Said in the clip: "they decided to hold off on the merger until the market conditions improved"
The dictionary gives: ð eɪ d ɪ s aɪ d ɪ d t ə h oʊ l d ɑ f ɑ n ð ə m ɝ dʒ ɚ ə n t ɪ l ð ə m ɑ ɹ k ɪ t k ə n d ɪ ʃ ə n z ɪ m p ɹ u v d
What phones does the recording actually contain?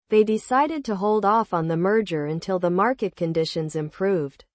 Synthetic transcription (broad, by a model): ð eɪ d ɪ s aɪ d ɪ d t ə h oʊ l d ɑ f n ð ə m ɝ dʒ ɚ ə n t ɪ l ð ə m ɑ ɹ k ɪ t k ə n d ɪ ʃ ə n z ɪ m p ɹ u v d